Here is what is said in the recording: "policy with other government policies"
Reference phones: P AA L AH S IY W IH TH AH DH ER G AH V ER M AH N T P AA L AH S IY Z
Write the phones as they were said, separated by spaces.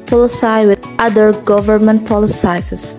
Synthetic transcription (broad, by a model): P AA L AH S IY W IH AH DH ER G AH V ER M AH N T P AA L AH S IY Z